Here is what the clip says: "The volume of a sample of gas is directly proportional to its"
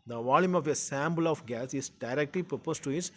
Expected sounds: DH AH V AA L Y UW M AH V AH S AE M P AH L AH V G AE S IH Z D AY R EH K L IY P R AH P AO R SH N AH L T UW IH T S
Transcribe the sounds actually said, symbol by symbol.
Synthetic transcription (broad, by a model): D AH V AA L Y UW M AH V AH S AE M B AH L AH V G AE S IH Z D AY R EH K L IY P R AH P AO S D T UW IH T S